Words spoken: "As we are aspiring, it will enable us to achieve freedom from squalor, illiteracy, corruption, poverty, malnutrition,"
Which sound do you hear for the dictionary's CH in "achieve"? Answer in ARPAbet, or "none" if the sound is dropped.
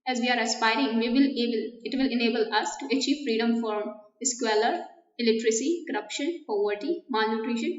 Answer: CH